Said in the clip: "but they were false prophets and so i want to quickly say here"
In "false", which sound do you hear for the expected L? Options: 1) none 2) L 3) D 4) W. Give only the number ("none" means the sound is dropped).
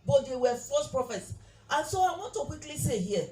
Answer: 1